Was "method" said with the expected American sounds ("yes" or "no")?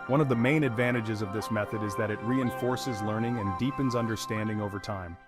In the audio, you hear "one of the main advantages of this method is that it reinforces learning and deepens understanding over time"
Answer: yes